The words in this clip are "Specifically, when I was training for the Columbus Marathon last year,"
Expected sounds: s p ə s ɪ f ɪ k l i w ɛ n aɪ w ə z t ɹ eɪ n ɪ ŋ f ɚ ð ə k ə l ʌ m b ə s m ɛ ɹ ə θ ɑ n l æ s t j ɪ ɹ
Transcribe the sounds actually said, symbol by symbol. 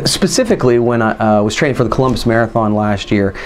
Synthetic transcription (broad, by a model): s p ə s ɪ f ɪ k l i w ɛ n aɪ w ə z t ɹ eɪ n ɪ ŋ f ɚ ð ə k ə l ʌ m b ə s m ɛ ɹ ə θ ɑ n l æ s t j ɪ ɹ